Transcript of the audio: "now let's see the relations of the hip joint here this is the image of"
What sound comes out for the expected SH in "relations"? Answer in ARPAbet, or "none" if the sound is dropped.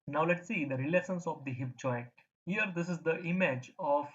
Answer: S